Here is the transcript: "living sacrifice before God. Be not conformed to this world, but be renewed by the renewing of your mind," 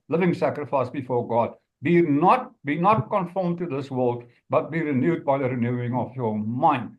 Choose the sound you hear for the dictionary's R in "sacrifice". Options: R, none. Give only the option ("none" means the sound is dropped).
R